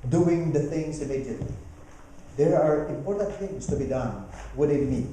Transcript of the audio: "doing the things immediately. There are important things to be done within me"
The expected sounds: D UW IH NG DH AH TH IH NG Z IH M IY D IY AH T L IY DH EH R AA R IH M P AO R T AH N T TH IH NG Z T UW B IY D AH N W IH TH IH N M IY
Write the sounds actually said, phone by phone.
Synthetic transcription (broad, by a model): D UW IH NG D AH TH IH NG S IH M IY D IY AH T L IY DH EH R AA R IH M P AO R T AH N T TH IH NG S T UW B IY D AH N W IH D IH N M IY